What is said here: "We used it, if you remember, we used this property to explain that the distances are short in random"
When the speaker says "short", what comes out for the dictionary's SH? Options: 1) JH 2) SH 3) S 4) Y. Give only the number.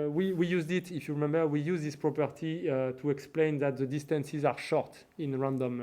2